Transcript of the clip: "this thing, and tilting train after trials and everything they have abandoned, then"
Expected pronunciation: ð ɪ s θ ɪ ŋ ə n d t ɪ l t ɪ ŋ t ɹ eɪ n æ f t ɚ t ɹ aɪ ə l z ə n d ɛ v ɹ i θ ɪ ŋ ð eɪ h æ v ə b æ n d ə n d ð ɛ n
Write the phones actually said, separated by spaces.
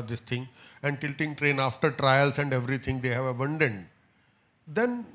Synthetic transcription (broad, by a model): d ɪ s t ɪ ŋ ə n d t ɪ l t ɪ ŋ t ɹ eɪ n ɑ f t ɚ t ɹ aɪ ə l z ə n d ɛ v ɹ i t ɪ ŋ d eɪ h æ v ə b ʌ n d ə n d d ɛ n